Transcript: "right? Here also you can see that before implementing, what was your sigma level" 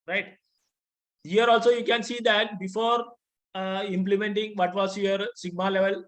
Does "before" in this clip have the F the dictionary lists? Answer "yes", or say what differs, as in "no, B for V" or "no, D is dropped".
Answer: yes